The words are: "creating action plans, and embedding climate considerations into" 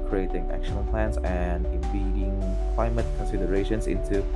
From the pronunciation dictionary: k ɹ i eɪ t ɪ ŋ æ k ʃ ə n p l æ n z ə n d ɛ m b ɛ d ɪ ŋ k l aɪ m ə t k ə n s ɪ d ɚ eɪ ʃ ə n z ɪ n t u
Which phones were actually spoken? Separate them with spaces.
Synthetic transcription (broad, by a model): k ɹ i eɪ t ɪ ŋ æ k ʃ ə n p l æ n s ə n d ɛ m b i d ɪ ŋ k l aɪ m ə t k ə n s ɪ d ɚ eɪ ʃ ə n s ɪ n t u